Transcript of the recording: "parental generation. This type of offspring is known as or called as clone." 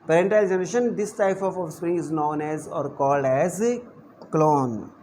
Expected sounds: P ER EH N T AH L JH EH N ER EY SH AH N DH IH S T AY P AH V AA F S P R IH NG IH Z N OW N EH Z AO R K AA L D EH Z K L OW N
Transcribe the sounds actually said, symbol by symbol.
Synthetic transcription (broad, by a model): P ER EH N T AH L JH EH N ER EY SH AH N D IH S T AY P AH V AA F S P R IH NG IH Z N OW N EH Z AO R K AA L D EH Z K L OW N